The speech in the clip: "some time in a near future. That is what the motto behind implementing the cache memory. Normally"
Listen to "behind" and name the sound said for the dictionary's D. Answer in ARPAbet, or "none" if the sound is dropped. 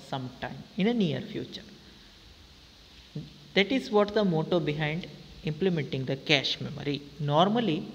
D